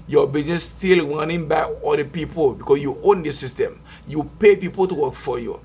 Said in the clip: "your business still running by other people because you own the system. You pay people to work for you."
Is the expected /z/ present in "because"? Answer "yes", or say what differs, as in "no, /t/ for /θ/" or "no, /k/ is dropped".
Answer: no, /s/ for /z/